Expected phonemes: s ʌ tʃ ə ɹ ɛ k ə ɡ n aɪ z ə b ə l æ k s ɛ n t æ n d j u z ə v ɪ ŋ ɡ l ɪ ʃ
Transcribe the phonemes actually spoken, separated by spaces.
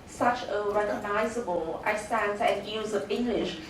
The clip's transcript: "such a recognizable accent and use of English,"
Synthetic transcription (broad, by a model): s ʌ tʃ ə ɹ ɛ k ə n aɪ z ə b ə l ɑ s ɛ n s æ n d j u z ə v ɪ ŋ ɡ l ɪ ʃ